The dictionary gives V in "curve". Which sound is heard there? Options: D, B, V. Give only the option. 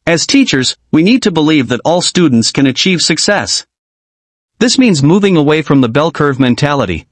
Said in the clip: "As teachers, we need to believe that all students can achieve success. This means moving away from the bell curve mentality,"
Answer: V